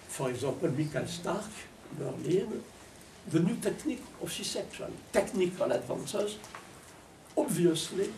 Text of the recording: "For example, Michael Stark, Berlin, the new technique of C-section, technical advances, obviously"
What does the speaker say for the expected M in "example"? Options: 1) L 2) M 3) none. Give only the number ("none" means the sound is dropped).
3